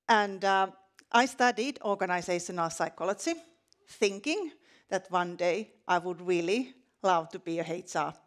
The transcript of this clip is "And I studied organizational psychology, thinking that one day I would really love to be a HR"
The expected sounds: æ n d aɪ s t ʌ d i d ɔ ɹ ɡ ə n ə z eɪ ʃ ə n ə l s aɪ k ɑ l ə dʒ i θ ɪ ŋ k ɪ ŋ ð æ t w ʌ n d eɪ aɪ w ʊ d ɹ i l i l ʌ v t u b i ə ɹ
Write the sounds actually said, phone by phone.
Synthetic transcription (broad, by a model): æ n d aɪ s t ʌ d i d ɔ ɹ ɡ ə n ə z eɪ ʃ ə n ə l s aɪ k ɑ l ə dʒ i θ ɪ ŋ k ɪ ŋ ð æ t w ʌ n d eɪ aɪ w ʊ d ɹ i l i l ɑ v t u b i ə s